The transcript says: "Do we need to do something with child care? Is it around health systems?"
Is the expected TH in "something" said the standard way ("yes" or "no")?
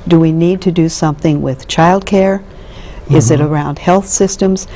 yes